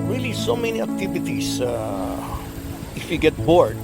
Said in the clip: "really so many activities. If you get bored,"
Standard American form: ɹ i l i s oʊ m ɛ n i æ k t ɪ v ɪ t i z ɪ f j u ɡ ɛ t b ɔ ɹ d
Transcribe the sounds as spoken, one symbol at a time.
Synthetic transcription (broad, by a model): ɹ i l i s oʊ m ɛ n i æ k t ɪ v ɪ t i s ɪ f j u ɡ ɛ t b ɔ ɹ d